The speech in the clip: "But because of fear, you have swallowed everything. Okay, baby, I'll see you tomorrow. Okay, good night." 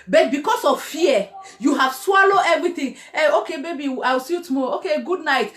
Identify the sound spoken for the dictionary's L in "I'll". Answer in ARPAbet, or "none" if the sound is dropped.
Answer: W